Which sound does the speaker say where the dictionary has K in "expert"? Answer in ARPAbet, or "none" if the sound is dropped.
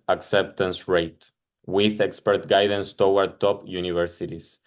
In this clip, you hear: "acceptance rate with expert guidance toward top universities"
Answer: K